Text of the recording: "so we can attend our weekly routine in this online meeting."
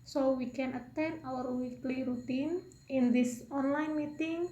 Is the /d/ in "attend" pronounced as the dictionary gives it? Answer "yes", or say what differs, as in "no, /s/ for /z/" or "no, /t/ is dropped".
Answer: no, /d/ is dropped